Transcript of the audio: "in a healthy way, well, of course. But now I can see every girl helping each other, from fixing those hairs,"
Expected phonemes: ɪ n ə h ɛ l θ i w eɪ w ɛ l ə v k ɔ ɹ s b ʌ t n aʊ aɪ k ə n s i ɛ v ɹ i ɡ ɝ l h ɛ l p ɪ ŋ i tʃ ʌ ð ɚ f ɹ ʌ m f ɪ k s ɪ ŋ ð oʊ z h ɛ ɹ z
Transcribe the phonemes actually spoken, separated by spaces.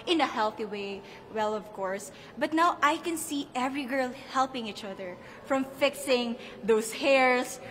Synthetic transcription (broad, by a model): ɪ n ə h ɛ l θ i w eɪ w ɛ l ə v k ɔ ɹ s b ʌ t n aʊ aɪ k ə n s i ɛ v ɹ i ɡ ɝ l h ɛ l p ɪ ŋ i tʃ ʌ ð ɚ f ɹ ʌ m f ɪ k s ɪ ŋ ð oʊ s h ɛ ɹ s